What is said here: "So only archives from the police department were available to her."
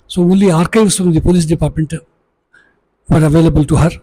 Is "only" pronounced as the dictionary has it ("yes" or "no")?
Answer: no